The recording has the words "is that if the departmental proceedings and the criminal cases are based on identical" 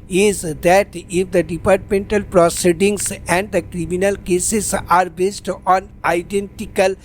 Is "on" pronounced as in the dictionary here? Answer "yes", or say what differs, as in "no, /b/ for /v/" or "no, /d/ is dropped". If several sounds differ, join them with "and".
yes